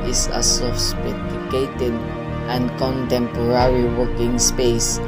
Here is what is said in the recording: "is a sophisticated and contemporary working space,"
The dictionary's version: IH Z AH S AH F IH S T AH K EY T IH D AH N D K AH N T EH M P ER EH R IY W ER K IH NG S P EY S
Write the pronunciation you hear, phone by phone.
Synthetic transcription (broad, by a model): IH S AH S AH P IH T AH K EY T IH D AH N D K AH N T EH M P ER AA R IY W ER K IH NG S P EY S